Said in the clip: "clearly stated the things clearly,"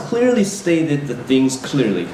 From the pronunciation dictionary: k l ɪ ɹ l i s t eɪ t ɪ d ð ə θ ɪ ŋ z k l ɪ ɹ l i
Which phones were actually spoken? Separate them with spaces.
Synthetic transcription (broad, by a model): k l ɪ ɹ l i s t eɪ t ɪ d ð ə θ ɪ ŋ z k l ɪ ɹ l i